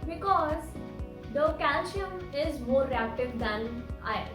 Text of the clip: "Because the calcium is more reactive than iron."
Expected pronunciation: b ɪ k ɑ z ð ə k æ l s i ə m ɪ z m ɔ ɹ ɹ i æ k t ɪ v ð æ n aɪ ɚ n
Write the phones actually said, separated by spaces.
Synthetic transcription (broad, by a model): b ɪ k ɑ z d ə k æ l ʃ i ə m ɪ z m ɔ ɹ ɹ i æ k t ɪ v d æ n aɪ